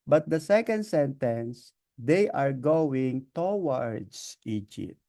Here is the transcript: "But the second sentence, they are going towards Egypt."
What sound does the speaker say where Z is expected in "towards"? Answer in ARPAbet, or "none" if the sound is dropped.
S